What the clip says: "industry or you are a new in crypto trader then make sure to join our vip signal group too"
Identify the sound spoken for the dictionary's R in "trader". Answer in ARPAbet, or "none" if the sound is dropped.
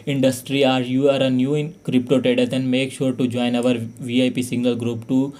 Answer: none